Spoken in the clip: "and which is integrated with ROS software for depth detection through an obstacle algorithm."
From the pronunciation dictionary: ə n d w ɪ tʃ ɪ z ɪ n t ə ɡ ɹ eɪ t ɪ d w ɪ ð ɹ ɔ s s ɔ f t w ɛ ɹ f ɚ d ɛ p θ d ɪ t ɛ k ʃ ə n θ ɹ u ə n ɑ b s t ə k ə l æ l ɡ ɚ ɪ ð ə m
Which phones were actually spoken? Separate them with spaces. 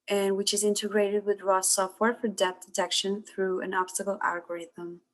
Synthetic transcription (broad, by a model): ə n w ɪ tʃ ɪ z ɪ n t ə ɡ ɹ eɪ t ɪ d w ɪ ð ɹ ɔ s s ɔ f t w ɛ ɹ f ɚ d ɛ θ d ɪ t ɛ k ʃ ə n θ ɹ u ə n ɑ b s t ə k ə l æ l ɡ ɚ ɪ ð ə m